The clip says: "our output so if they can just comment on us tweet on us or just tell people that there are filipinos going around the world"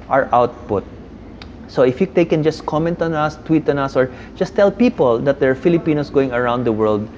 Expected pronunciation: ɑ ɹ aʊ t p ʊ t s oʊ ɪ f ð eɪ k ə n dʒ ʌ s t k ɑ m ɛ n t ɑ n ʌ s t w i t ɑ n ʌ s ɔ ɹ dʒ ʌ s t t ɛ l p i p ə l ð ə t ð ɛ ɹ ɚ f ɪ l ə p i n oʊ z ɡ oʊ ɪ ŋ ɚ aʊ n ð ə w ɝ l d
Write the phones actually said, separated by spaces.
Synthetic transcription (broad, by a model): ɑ ɹ aʊ t p ʊ t s oʊ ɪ f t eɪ k ə n dʒ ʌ s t k ɑ m ɛ n t ɑ n ʌ s t w i t ɑ n ʌ s ɔ ɹ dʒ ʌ s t t ɛ l p i p ə l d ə t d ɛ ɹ f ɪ l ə p i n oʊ s ɡ oʊ ɪ ŋ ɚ aʊ n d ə w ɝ l d